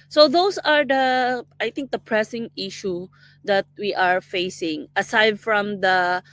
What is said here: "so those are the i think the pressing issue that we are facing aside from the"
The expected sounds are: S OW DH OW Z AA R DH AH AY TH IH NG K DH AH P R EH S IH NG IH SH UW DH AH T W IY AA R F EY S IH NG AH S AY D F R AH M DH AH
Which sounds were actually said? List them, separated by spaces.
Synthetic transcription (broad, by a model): S OW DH OW S AA R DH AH AY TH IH NG K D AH P R EH S IH NG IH SH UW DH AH T W IY AA R F EY S IH NG AH S AY D F R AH M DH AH